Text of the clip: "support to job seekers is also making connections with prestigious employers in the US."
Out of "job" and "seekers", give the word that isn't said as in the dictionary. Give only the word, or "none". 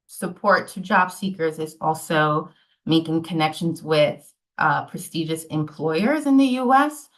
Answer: none